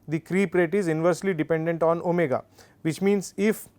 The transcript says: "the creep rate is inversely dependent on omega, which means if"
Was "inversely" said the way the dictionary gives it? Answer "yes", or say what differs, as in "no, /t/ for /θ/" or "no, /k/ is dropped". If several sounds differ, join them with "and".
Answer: yes